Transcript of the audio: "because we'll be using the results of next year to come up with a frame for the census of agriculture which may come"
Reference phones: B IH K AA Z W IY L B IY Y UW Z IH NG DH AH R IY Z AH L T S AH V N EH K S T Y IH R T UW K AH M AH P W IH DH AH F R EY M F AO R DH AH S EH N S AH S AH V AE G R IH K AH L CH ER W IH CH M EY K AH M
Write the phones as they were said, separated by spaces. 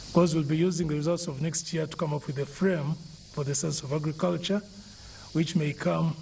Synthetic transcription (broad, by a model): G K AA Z W IY L B IY Y UW Z IH NG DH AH R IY Z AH L T S AH V N EH K S T Y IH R T UW K AH M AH P W IH DH AH F R EY M F AO R DH AH S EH N S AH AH V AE G R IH K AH L CH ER W IH CH M EY K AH M